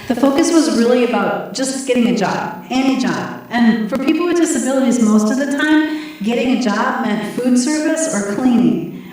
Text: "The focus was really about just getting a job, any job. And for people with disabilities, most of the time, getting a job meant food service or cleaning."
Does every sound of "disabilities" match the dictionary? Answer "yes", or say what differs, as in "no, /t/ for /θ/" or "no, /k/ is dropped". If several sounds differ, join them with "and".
yes